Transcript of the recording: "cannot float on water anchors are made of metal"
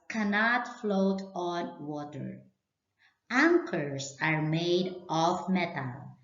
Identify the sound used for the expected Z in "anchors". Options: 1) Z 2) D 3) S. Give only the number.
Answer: 3